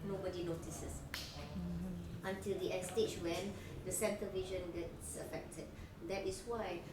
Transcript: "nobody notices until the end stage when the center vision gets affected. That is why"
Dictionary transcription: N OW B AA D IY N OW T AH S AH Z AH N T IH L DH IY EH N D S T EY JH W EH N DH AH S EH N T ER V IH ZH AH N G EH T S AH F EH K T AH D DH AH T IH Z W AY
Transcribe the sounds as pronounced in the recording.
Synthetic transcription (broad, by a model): N OW B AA D IY N OW T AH S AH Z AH N T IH L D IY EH S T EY CH W EH N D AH S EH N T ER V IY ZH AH N G EH T S AH F EH K T AH D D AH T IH S W AY